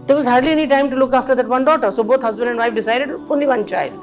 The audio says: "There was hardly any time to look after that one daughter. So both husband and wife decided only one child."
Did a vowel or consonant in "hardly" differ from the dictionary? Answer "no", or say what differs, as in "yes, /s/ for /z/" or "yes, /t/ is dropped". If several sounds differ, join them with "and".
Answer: no